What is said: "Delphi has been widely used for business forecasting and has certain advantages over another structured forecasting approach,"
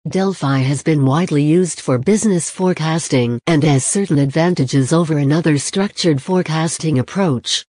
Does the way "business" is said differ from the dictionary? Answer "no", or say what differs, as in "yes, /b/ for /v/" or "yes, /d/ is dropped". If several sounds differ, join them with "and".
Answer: no